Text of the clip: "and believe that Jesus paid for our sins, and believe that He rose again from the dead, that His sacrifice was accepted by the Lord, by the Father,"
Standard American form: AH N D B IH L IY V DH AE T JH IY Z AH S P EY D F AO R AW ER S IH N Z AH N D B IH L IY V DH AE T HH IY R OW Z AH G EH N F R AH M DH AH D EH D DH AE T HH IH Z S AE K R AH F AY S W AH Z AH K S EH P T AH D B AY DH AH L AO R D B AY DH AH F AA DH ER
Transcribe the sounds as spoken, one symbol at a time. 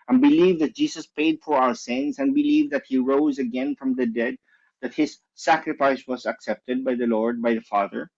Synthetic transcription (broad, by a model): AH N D B IH L IY V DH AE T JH IY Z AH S P EY D F AO R AW ER S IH N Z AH N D B IH L IY V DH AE T HH IY R OW Z AH G EH N F R AH M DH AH D EH D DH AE T HH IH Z S AE K R AH F AY S W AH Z AH K S EH P T AH D B AY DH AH L AO R D B AY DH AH F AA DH ER